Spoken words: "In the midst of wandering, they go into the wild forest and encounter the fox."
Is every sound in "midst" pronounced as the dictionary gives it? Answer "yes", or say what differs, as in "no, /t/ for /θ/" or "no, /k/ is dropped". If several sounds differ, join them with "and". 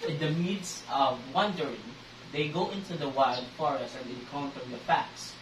no, /t/ is dropped